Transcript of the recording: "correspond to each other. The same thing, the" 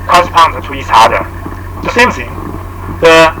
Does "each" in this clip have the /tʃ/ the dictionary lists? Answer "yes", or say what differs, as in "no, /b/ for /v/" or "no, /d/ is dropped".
no, /s/ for /tʃ/